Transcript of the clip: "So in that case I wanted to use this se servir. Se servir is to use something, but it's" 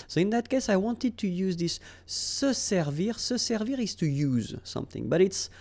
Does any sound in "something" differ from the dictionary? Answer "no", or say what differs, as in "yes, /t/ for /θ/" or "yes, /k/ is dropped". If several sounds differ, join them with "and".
no